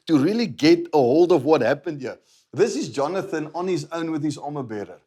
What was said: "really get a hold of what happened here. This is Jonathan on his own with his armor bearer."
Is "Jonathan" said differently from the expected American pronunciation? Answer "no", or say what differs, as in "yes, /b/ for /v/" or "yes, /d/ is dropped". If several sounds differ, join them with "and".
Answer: no